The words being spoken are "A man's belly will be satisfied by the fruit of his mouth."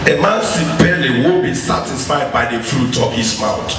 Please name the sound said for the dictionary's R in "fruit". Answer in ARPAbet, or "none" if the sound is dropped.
R